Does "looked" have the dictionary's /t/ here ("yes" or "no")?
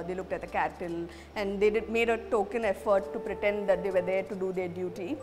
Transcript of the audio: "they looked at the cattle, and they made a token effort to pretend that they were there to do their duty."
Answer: yes